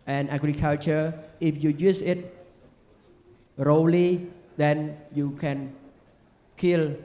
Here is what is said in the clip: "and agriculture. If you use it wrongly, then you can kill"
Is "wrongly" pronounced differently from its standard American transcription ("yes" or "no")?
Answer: yes